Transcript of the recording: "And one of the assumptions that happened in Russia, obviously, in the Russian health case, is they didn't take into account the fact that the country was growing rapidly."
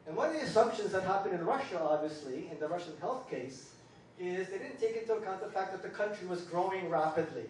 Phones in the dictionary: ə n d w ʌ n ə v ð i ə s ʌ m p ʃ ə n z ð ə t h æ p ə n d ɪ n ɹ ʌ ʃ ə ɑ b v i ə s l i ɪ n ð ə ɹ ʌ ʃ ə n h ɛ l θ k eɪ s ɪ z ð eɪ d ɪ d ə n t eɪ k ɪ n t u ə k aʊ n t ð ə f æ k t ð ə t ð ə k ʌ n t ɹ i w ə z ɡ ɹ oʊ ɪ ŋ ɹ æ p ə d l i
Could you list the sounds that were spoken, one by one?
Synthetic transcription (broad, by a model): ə n w ʌ n ə v ð i ə s ʌ m p ʃ ə n z ð ə t h æ p ə n d ɪ n ɹ ʌ ʃ ə ɑ b v i ə s l i ɪ n ð ə ɹ ʌ ʃ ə n h ɛ l θ k eɪ s ɪ z ð eɪ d ɪ d n t eɪ k ɪ n t u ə k aʊ n ð ə f æ k ð ə t ð ə k ʌ n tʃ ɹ i w ə z ɡ ɹ oʊ ɪ ŋ ɹ æ p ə d l i